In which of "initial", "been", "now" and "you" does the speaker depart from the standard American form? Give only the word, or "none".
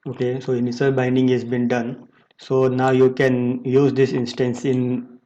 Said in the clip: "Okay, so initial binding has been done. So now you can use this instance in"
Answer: initial